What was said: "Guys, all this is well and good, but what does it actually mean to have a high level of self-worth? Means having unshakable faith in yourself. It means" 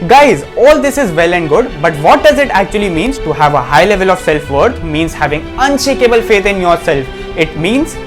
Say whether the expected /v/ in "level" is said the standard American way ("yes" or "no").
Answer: yes